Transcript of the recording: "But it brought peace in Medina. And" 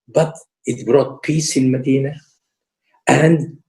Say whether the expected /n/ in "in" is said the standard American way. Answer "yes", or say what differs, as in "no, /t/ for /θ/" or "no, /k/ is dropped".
no, /l/ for /n/